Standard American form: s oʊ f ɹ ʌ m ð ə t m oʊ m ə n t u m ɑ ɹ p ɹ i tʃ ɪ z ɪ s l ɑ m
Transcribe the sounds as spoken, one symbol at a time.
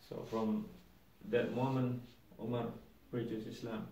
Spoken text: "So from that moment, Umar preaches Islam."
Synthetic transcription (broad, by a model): s oʊ f ɹ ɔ m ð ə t m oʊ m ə n u m ɑ ɹ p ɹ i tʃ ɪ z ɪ s l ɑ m